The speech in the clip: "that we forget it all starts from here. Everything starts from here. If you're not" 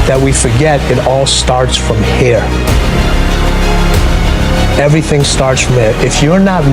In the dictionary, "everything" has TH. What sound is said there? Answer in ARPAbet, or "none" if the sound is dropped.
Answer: TH